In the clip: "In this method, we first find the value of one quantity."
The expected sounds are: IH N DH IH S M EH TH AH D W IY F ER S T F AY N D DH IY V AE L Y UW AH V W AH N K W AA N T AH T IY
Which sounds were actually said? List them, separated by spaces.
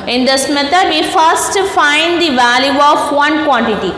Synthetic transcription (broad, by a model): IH N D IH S M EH T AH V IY F ER S T F AY N D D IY V AE L Y UW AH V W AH N K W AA N T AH T IY